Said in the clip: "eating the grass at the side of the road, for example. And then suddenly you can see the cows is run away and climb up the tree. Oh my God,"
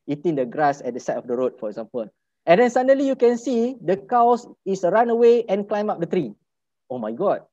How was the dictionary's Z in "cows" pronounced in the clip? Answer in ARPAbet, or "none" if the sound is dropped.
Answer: S